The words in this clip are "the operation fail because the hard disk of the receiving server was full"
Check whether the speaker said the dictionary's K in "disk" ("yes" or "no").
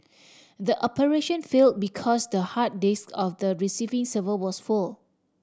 yes